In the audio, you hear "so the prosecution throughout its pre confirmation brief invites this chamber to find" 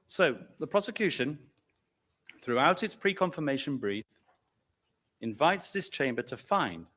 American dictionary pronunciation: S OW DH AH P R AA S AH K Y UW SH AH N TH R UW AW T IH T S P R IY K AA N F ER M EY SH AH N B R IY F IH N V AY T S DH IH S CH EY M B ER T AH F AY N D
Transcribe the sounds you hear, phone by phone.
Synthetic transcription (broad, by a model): S OW DH AH P R AA S AH K Y UW SH AH N TH R UW AW T IH T S P R IY K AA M F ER M EY SH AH N B R IY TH IH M V AY T S DH IH S CH EY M B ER T AH F AY N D